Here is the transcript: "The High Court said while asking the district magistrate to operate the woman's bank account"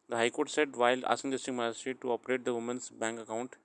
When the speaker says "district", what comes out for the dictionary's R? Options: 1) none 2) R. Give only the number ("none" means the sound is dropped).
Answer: 1